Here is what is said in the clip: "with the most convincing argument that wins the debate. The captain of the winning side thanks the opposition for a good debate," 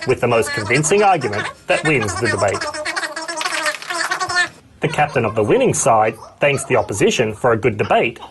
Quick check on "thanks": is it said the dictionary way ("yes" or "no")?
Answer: yes